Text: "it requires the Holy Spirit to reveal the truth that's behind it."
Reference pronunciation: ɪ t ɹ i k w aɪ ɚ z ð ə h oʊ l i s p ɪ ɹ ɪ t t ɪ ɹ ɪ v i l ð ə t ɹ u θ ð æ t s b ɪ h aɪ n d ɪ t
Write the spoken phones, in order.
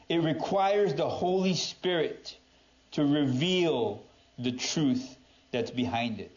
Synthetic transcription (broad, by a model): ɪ t ɹ i k w aɪ ɚ z ð ə h oʊ l i s p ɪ ɹ ɪ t t ɪ ɹ ɪ v i l ð ə t ɹ u θ ð æ t s b ɪ h aɪ n d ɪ t